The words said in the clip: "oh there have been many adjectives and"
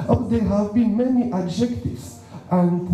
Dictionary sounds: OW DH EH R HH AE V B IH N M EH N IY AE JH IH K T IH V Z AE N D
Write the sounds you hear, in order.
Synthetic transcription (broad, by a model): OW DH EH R HH AE V B IH N M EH N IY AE JH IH K T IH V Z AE N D